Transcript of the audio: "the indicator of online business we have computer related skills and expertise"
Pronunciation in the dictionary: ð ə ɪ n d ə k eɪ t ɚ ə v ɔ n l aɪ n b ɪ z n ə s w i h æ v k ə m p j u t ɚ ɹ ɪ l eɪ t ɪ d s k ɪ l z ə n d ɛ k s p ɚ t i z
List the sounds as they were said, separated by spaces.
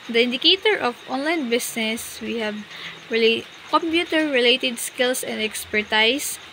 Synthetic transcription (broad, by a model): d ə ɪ n d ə k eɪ t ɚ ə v ɔ n l aɪ n b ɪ s n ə s w i h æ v k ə m p j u t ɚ ɹ ɪ l eɪ t ɪ d s k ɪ l s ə n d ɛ k s p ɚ t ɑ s